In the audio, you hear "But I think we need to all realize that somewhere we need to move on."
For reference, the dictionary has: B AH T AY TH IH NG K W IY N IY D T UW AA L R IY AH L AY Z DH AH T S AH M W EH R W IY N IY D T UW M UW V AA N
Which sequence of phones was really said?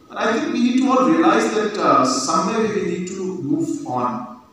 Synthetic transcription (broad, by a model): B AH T AY TH IH NG K W IY N IY D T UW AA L R IY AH L AY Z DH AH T S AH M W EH W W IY N IY D T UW M UW V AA N